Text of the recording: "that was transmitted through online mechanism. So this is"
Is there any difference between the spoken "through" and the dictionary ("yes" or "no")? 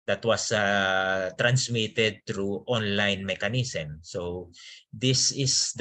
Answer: yes